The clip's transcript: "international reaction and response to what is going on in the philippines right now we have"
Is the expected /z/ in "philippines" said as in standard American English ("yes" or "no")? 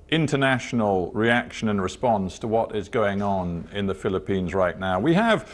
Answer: yes